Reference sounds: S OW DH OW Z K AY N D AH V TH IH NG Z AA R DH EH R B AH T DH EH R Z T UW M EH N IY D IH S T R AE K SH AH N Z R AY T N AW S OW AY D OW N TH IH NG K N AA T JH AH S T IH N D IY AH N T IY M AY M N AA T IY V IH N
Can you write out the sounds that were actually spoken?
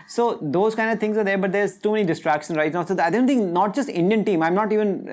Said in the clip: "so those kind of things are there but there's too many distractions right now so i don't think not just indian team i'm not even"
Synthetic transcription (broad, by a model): S OW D OW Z K AY N D AH V T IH NG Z AA R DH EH R B AH T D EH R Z T UW M EH N IY D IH S T R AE K SH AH N R AY T N AW S OW AY D OW N T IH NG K N AA T JH AH S T IH N D IY AH N T IY M AY M N AA T IY V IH N